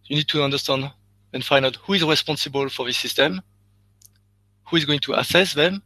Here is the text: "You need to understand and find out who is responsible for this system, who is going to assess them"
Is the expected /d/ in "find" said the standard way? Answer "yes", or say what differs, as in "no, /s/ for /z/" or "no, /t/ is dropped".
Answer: no, /d/ is dropped